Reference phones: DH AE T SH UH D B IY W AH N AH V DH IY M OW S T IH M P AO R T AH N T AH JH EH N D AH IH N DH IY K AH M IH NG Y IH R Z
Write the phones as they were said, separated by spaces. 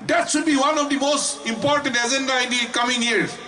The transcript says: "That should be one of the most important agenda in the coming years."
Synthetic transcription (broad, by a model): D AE T SH UH D B IY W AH N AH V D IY M OW S T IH M P AO R T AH N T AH Z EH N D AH IH N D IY K AH M IH NG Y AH R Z